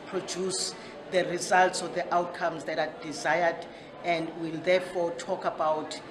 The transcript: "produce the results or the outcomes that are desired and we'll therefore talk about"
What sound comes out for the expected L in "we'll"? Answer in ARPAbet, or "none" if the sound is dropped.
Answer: L